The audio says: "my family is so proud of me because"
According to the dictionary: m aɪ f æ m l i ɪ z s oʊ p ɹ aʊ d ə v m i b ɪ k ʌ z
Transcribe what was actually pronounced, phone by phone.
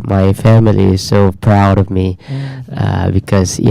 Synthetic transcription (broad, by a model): m aɪ f æ m l i ɪ z s oʊ p ɹ aʊ d ə v m i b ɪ k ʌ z